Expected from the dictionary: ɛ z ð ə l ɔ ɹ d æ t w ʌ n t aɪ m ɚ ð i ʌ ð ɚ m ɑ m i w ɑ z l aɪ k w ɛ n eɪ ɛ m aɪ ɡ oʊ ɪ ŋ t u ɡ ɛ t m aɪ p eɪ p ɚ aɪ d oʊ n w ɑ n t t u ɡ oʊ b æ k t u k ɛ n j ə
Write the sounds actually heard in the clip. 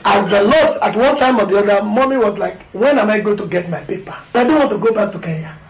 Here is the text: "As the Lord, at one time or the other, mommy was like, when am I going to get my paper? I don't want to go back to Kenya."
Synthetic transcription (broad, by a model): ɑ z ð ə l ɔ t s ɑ t w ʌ n t aɪ m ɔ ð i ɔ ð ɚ m ɑ m i w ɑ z l aɪ k w ɛ n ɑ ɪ m aɪ ɡ oʊ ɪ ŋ t u ɡ ɛ t m aɪ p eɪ p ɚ aɪ d oʊ n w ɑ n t t u ɡ oʊ b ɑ k t u k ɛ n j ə